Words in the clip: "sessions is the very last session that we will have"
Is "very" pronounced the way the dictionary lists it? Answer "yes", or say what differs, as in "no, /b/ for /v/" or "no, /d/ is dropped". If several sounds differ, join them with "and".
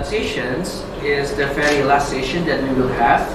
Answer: no, /f/ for /v/